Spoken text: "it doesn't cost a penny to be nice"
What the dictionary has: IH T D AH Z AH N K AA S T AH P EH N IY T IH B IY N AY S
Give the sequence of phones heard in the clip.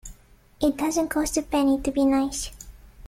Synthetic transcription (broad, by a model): IH T D AH Z AH N K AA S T AH P EH N IY T IH B IY N AY S